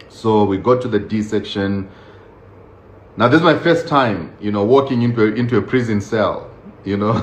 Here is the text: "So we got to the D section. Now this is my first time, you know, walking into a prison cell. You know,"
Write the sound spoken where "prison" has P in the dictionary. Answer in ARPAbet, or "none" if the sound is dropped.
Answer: P